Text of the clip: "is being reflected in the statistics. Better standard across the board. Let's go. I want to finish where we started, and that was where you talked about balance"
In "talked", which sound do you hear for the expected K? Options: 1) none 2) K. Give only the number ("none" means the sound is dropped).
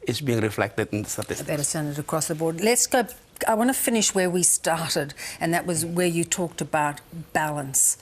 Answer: 2